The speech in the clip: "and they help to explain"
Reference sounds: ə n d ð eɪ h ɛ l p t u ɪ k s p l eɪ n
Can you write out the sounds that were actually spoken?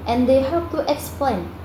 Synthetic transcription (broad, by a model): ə n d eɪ h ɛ p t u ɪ k s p l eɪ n